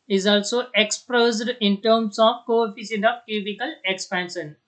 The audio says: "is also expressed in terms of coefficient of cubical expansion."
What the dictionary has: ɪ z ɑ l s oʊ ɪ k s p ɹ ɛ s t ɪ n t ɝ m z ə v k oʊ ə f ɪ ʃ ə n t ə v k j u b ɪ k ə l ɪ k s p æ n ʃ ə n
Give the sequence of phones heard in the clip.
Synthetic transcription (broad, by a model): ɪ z ɑ l s oʊ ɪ k s p ɹ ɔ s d ɪ n t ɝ m s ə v k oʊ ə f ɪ s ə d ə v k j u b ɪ k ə l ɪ k s p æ n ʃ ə n